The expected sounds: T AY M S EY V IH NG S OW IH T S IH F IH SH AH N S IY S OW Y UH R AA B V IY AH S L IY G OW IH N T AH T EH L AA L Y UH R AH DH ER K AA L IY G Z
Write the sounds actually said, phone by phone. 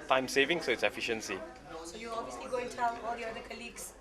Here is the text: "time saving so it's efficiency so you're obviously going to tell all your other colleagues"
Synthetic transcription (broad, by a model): T AY M S EY V IH NG S OW IH T S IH F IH SH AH N S IY S OW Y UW AA B V IY AH S L IY G OW IH N T AH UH N AA L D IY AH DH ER K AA L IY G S